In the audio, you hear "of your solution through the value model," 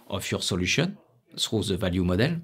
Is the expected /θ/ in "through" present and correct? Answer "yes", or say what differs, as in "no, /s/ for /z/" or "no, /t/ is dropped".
no, /s/ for /θ/